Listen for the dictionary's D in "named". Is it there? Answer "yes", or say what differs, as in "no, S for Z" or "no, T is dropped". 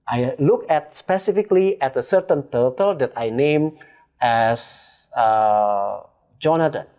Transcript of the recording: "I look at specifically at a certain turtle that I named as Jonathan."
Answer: no, D is dropped